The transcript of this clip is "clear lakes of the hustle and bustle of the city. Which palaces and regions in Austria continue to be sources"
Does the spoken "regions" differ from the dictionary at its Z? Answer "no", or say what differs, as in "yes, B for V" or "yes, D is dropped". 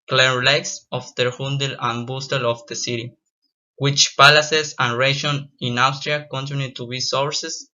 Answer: yes, Z is dropped